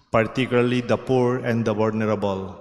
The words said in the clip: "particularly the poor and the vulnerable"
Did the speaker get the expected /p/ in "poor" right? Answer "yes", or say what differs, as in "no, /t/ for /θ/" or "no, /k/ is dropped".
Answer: yes